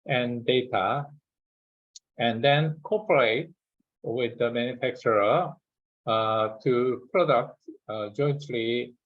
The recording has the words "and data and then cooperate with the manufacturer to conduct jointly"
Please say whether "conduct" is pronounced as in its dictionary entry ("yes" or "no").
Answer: no